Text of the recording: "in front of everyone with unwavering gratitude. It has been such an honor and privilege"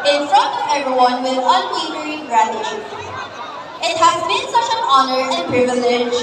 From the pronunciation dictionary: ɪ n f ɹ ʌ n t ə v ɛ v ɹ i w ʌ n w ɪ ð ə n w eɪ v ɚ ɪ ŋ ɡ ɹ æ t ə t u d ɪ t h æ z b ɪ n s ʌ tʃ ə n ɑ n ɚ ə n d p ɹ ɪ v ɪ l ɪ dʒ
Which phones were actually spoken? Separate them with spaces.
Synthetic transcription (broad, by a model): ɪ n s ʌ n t ɛ v ɹ i w ʌ n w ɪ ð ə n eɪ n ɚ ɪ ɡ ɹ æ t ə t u ɪ t h æ z b ɪ n s ʌ tʃ ə n ɑ n ɚ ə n p ɹ ɪ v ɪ l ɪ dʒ